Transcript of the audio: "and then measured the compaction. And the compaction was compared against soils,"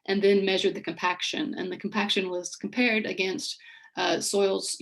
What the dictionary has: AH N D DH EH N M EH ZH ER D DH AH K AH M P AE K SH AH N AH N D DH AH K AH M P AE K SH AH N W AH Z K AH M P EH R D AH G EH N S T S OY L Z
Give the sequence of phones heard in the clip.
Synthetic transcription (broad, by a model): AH N DH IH N M EH ZH ER D DH AH K AH M P AE K SH AH N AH N DH AH K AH M P AE K SH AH N W AH Z K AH M P EH R D AH G EH N S T S OY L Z